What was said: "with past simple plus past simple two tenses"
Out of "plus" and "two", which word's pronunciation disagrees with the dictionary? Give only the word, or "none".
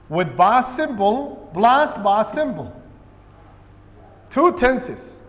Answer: plus